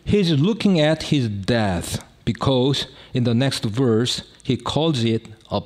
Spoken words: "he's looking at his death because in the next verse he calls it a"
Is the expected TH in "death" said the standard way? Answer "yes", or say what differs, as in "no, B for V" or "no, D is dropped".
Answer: yes